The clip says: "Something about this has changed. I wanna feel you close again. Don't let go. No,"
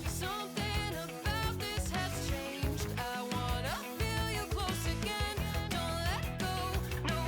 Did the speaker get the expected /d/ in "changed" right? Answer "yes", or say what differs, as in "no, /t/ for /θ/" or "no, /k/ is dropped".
yes